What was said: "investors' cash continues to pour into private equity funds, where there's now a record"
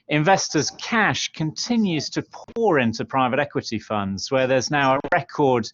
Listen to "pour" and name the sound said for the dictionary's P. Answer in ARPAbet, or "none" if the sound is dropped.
P